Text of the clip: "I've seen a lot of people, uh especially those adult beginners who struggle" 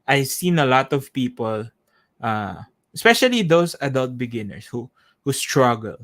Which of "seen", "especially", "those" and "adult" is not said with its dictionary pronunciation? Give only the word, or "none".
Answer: those